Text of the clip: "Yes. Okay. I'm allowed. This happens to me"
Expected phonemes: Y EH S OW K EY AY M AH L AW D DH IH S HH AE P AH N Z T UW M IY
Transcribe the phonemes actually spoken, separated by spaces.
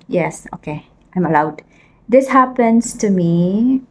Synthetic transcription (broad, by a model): Y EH S OW K EY AY M AH L AW D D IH S HH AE P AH N S T UW M IY